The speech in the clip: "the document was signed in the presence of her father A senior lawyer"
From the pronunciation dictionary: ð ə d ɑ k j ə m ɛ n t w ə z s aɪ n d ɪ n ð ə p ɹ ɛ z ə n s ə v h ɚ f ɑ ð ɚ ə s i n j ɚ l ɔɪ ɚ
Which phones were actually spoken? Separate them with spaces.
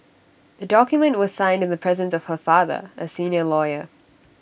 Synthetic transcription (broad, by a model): ð ə d ɑ k j ə m ɛ n t w ə z s aɪ n d ɪ n ð ə p ɹ ɛ z ə n s ə v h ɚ f ɑ ð ɚ ə s i n j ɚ l ɔɪ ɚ